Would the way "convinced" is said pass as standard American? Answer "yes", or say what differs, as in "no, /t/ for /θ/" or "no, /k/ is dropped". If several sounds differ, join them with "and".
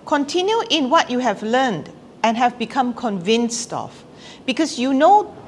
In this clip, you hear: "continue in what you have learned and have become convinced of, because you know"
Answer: yes